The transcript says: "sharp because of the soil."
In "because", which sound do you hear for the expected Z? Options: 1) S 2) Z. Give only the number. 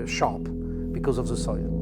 2